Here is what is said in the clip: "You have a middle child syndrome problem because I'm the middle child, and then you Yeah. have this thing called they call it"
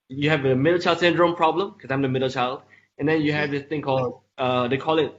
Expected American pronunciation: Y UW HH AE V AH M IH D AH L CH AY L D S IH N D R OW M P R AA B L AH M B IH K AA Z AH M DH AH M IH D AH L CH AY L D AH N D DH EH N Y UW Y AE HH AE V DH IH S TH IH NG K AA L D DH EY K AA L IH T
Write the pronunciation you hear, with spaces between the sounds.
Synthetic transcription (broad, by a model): Y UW HH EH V AH M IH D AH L CH AY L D S IH N D R OW M P R AA B L AH M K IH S AA AH M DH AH M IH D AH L CH AY L D AH N D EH N Y UW HH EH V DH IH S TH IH NG K AA L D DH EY K AA L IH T